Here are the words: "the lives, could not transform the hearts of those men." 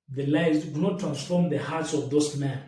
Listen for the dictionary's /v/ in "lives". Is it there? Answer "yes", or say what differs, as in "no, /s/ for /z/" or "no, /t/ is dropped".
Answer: no, /v/ is dropped